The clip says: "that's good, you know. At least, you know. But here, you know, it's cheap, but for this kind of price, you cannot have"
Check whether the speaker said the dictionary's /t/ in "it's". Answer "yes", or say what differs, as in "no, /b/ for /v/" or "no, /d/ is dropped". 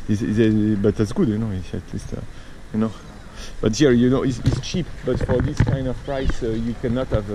no, /s/ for /t/